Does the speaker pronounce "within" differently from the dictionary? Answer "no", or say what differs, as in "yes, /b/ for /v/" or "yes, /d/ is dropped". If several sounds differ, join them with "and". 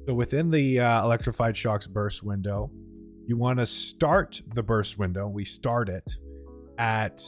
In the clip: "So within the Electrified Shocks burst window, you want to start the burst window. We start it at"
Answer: no